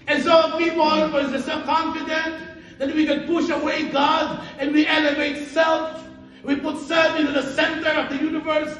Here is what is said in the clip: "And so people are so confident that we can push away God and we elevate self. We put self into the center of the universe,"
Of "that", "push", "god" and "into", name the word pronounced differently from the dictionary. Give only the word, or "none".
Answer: none